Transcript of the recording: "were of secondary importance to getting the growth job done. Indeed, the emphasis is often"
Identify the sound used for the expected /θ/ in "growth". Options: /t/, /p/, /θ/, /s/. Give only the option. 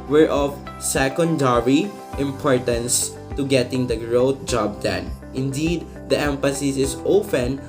/t/